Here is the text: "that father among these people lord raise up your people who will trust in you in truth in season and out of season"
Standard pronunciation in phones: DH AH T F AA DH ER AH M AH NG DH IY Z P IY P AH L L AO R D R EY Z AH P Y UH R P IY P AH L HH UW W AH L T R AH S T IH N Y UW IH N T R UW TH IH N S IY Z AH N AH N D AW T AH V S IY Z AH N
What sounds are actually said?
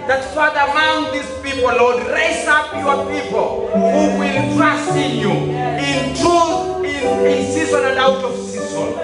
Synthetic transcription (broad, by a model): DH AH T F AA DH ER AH M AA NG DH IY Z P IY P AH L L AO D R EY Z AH P Y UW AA P IY P AH L HH UW W AH L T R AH S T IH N Y UW IH N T UW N IH N S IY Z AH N AH N D AW T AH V S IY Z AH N